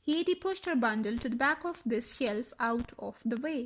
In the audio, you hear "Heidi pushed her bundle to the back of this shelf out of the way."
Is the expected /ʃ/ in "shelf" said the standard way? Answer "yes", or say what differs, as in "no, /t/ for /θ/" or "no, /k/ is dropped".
yes